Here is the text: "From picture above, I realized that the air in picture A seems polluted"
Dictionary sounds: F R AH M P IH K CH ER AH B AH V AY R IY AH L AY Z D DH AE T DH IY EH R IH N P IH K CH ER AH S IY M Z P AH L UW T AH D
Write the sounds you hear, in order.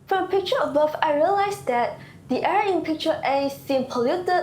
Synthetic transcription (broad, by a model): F R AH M P IH K CH ER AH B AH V AY R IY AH L AY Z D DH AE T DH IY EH R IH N P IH K CH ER AH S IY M P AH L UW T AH